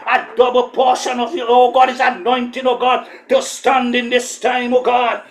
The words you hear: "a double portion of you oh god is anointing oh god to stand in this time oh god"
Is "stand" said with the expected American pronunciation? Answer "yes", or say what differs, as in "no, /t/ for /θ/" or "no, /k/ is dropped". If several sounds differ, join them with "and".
yes